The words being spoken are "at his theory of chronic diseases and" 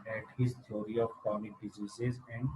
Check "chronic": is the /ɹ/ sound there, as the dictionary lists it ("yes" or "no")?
no